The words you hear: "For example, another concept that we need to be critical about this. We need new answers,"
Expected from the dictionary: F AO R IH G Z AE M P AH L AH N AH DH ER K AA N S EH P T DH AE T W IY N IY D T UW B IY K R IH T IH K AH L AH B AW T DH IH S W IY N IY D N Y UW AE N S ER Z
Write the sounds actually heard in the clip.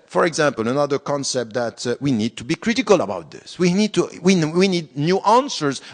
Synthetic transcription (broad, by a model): F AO R IH G Z AE M P AH L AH N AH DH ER K AA N S EH P T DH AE T W IY N IY D T UW B IY K R IH T IH K AH L AH B AW T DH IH S W IY N IY D N Y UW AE N S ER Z